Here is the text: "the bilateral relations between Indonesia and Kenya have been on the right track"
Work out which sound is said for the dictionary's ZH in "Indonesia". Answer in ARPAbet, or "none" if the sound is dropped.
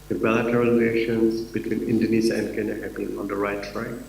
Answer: Z